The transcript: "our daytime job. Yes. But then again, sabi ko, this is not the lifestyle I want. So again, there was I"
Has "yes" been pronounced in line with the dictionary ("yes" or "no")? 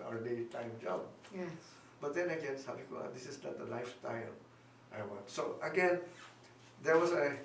no